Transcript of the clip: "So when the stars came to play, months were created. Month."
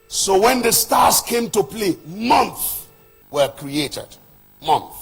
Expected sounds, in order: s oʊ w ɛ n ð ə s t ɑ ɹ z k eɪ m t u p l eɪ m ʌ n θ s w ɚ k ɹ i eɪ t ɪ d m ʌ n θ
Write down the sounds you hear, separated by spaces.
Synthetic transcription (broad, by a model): s oʊ w ɛ n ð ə s t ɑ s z k eɪ m t u p l eɪ m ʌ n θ w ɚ k ɹ i eɪ t ɪ d m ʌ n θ